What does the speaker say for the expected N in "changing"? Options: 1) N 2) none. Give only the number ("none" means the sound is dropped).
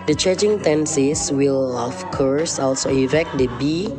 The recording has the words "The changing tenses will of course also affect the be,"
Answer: 2